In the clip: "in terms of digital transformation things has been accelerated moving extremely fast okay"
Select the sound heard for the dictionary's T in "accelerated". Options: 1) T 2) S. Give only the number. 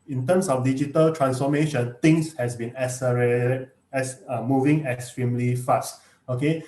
2